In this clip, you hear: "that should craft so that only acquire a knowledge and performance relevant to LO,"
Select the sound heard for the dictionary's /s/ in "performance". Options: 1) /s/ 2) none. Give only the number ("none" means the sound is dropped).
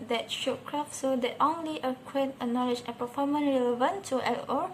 2